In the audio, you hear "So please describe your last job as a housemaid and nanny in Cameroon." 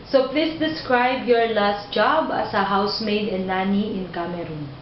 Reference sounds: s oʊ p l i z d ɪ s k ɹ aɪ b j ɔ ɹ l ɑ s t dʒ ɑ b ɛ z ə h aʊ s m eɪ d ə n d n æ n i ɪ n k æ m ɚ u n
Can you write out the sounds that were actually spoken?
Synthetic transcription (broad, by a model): s oʊ p l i s d ɪ s k ɹ aɪ b j ɔ ɹ l ɑ s t dʒ ɑ b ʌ s ə h aʊ s m eɪ d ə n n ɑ n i ɪ n k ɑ m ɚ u n